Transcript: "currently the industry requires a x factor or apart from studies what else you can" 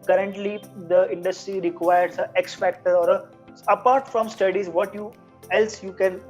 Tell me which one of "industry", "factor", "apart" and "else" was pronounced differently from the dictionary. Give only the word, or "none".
none